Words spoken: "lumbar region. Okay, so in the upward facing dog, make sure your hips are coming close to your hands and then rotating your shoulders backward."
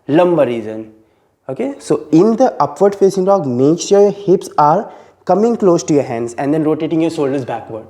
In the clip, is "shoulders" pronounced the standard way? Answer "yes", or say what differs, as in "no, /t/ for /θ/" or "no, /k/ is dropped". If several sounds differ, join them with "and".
no, /s/ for /ʃ/